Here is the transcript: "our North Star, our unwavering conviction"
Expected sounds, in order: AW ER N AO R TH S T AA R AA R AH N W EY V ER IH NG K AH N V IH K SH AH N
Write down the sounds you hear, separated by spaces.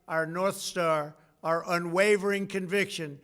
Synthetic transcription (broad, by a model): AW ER N AO R TH S T AA R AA R AH N W EY V ER IH NG K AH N V IH K SH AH N